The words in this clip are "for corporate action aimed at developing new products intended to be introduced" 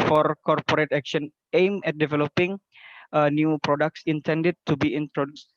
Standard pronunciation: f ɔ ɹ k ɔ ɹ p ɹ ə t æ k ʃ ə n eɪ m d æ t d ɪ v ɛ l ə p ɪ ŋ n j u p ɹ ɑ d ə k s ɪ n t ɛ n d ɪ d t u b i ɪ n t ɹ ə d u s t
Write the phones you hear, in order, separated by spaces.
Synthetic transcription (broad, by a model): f ɔ ɹ k ɔ ɹ p ɹ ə t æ k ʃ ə n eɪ m ɛ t d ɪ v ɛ l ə p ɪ ŋ n j u p ɹ ɑ d ə k s ɪ n t ɛ n d ɪ d t u b i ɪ n t ɹ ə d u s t